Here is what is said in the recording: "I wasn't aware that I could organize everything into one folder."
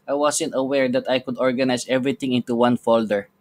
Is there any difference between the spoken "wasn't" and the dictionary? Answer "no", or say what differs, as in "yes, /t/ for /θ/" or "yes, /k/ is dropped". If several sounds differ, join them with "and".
yes, /s/ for /z/